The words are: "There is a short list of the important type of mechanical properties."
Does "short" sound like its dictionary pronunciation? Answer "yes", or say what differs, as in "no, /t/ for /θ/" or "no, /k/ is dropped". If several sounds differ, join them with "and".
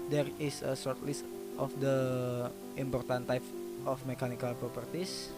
no, /s/ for /ʃ/